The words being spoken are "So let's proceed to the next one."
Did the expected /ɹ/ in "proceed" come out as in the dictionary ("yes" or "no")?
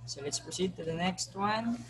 no